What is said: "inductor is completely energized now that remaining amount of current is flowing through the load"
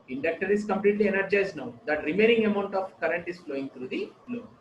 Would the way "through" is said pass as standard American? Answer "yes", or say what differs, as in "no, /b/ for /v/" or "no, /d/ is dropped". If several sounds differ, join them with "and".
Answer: no, /t/ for /θ/